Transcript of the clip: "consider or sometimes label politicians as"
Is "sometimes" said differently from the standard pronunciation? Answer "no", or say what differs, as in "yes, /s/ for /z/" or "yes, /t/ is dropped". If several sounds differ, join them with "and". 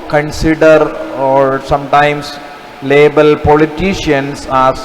yes, /s/ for /z/